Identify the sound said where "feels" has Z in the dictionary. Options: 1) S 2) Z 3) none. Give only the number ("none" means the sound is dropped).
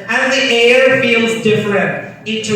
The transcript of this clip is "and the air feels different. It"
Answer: 2